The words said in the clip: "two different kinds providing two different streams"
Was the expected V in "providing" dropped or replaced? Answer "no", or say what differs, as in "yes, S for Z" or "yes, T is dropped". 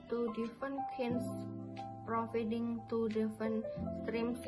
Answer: yes, F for V